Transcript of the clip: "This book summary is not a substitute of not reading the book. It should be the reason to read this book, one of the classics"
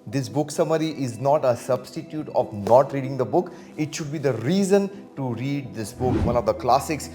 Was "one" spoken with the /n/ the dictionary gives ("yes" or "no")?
no